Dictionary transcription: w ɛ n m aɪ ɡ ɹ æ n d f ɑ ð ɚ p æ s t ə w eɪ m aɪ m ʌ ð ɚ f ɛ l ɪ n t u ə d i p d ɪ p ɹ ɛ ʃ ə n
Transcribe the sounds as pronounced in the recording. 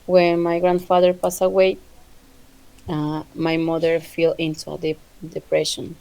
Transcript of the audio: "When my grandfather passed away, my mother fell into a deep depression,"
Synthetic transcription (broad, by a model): w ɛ n m aɪ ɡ ɹ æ n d f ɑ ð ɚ p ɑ s ə w eɪ m aɪ m ʌ ð ɚ f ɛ l ɪ n t u ə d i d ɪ p ɹ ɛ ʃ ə n